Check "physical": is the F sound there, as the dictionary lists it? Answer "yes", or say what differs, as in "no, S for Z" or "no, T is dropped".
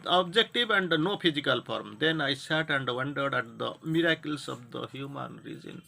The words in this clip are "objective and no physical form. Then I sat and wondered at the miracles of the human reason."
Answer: no, P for F